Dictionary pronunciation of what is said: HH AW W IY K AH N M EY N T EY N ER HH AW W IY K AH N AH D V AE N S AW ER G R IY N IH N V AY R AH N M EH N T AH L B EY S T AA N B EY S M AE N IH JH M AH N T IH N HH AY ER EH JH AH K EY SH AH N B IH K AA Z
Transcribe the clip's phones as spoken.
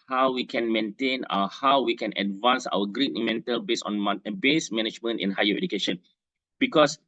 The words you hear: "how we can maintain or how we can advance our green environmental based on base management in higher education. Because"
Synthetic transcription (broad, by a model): HH AW W IY K AH N M EY N T EY N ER HH AW W IY K AH N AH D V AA N S AW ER G R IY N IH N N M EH N T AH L B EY S AA N B EY S M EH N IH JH M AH N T IH N HH AY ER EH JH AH K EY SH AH N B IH K AA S